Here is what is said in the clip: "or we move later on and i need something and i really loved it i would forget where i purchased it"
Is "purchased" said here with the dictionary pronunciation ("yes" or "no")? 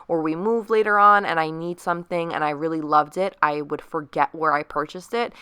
yes